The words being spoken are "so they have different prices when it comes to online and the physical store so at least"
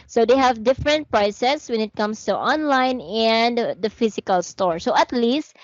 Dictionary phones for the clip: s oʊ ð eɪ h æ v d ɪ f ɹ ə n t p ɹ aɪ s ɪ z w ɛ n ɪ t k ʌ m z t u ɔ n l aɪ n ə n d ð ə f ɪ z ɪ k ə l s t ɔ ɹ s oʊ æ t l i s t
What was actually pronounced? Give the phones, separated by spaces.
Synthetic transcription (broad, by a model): s oʊ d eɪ h æ v d ɪ f ɹ ə n t p ɹ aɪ s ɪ s w ɛ n ɪ t k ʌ m s t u ɔ n l aɪ n ə n d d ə f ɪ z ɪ k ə l s t ɔ ɹ s oʊ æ t l i s t